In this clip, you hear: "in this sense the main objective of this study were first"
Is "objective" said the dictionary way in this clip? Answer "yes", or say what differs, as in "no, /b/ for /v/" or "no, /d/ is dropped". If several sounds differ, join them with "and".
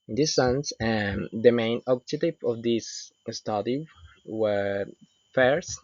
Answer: no, /k/ is dropped